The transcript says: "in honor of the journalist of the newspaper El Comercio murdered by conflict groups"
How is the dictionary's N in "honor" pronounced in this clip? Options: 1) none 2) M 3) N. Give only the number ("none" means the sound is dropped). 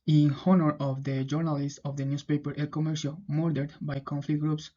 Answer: 3